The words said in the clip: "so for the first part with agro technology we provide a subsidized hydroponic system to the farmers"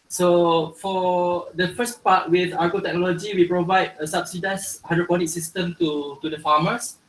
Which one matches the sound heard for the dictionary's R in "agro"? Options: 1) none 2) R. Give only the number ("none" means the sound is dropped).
1